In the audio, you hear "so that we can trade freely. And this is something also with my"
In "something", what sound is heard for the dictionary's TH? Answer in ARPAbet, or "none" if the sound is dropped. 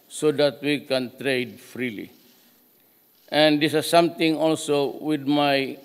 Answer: T